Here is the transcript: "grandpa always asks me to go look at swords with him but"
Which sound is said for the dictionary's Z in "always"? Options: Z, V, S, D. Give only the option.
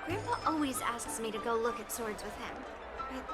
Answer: Z